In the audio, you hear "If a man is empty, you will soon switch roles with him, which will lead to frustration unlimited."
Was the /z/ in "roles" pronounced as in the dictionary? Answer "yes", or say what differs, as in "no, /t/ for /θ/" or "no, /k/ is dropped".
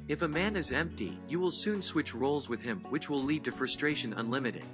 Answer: yes